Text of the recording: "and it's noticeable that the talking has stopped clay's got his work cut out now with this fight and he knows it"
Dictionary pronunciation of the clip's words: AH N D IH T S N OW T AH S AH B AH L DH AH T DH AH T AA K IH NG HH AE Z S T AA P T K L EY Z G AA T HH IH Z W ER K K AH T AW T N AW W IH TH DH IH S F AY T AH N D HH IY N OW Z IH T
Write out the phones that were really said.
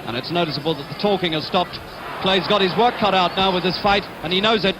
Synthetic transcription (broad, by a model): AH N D IH T S N OW T AH S AH B AH L DH AH T DH AH T AA K IH NG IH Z S T AA P T K L EY Z G AA T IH Z W ER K K AH T AW T N AW W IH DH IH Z F AY T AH N IY N OW Z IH T